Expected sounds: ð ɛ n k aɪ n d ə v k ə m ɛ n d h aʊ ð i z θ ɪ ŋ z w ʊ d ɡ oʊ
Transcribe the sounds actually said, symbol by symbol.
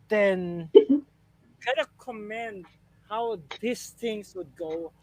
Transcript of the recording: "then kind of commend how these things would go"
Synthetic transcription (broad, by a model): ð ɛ n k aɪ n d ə k ə m ɛ n d h aʊ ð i s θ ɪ ŋ s w ʊ d ɡ oʊ